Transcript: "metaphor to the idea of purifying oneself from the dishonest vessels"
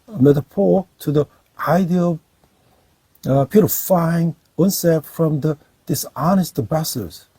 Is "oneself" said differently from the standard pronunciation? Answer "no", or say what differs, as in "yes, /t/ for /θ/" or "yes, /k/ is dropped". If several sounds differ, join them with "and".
yes, /l/ is dropped